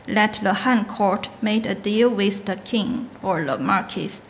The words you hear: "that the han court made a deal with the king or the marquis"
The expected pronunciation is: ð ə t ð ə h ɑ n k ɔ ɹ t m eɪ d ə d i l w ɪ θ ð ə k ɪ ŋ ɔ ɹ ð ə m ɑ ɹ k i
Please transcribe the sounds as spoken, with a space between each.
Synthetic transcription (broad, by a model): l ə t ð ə h ɑ n k ɔ ɹ t m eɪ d ə d i l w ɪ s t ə k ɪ ŋ ɔ ɹ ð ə m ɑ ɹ k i